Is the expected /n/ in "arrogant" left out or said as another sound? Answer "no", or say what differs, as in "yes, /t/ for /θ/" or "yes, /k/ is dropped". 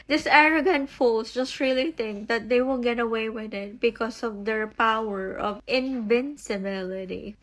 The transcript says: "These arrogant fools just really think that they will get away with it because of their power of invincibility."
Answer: no